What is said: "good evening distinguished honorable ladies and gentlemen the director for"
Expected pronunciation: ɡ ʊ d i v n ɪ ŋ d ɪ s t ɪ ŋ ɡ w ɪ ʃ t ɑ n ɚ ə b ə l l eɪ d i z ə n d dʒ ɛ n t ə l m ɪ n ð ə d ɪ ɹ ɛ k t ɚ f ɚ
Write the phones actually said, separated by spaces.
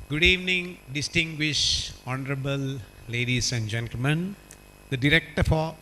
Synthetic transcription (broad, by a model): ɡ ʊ d i v n ɪ ŋ d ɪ s t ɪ ŋ ɡ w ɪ ʃ ɑ n ɚ ə b ə l l eɪ d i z ə n d dʒ ɛ n t ə l m ɪ n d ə d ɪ ɹ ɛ k t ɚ f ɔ